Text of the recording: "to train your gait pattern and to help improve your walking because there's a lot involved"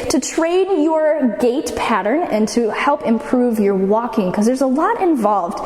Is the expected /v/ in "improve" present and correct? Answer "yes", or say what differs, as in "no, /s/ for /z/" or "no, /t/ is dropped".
yes